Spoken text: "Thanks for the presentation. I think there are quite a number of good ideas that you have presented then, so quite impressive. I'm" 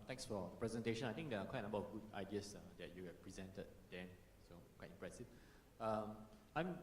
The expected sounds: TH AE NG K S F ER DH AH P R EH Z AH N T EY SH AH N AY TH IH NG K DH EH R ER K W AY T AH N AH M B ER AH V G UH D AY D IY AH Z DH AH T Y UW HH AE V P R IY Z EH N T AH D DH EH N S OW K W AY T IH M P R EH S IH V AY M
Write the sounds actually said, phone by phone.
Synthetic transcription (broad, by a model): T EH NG K S F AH P R EH Z AH N T EY SH AH N AY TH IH NG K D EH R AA K W AY T AH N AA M B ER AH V G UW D AY D IY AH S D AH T Y UW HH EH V P R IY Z EH N T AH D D EH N S OW K W AY T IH M P R EH S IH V AY M